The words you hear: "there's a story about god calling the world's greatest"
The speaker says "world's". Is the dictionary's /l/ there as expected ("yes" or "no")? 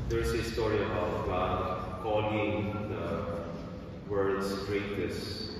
no